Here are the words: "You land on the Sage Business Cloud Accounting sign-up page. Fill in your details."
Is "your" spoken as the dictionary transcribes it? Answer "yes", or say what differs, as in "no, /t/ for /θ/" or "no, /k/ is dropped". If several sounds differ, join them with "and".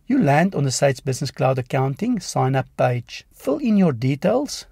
yes